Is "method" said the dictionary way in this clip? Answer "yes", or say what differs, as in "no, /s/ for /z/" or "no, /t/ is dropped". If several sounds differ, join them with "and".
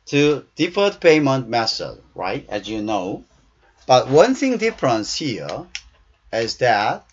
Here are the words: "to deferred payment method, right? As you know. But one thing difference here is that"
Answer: no, /s/ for /θ/